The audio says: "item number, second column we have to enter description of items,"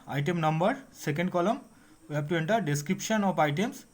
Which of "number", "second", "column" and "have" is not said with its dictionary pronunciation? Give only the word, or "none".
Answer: have